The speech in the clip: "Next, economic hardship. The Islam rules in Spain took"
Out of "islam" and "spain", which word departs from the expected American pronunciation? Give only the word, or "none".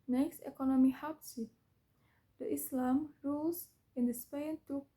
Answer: none